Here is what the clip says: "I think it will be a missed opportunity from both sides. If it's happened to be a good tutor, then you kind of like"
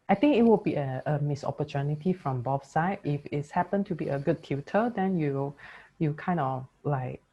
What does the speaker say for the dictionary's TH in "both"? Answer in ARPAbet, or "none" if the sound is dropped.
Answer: F